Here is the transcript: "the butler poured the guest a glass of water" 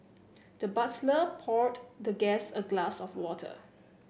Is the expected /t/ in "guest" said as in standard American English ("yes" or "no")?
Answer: no